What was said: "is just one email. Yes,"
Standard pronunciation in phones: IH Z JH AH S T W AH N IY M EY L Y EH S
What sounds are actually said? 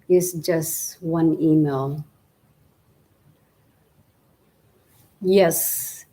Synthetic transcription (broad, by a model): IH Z JH AH S T W AH N IY M EY L Y EH S